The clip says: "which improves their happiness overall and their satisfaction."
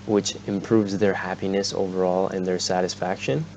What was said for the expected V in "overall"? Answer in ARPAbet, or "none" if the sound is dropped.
V